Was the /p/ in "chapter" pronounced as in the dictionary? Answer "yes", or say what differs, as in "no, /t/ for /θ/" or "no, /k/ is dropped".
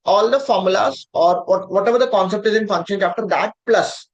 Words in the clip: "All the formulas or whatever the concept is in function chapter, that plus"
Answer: no, /f/ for /p/